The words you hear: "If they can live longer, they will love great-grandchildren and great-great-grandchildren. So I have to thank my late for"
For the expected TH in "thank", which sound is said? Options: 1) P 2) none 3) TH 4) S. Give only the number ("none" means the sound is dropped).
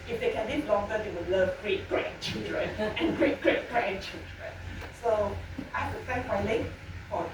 4